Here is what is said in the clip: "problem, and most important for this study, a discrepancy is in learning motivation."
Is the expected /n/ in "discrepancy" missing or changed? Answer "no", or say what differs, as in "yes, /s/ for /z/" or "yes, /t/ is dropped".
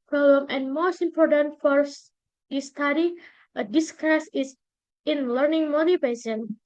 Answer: yes, /n/ is dropped